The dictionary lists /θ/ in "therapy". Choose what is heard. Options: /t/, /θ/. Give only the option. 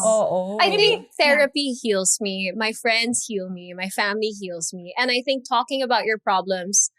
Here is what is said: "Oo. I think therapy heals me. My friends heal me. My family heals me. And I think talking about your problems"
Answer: /θ/